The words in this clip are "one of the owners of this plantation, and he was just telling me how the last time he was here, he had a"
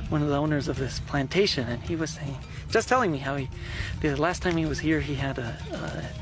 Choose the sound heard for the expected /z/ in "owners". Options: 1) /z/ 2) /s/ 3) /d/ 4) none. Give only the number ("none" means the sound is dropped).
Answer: 1